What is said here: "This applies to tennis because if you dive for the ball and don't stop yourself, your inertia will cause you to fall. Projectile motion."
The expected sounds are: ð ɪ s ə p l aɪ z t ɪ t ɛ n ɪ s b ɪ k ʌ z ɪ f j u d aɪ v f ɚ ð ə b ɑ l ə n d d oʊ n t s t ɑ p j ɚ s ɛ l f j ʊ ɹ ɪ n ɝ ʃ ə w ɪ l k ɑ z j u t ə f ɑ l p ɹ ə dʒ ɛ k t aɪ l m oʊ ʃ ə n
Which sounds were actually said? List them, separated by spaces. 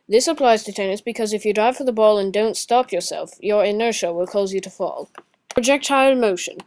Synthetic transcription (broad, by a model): ð ɪ s ə p l aɪ z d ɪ t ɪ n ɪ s b ɪ k ʌ z ɪ f j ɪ d aɪ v f ɚ ð ə b ɑ l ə n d d oʊ n t s t ɑ p j ɚ s ɛ l f j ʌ ɹ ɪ n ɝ ʃ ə w ɪ l k ɑ z j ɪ t ə f ɑ l p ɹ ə dʒ ɛ k t aɪ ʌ m oʊ ʃ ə n